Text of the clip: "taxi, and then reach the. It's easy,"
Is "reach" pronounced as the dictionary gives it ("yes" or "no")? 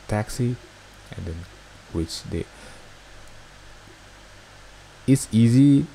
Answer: no